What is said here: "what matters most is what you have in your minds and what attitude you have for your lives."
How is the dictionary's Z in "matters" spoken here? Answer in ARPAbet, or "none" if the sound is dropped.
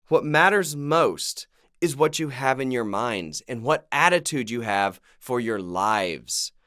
Z